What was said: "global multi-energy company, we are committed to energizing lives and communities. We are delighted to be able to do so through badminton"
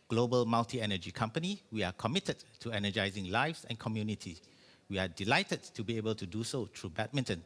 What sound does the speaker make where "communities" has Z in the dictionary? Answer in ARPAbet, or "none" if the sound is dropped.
none